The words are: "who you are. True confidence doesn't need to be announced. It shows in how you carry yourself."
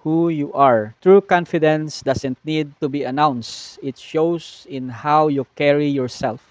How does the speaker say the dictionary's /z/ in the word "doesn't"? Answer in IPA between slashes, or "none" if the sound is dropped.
/s/